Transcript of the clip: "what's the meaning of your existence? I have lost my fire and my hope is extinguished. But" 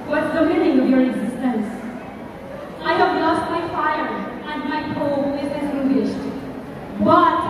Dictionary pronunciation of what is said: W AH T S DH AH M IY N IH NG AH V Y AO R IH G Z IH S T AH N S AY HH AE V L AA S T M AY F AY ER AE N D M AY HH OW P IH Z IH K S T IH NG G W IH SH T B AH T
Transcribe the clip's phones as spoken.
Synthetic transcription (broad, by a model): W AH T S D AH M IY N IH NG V Y AO R IH G Z IH S T AH N S AY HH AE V L AA S T M AY F AY ER AE N D M AY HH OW IH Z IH S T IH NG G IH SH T B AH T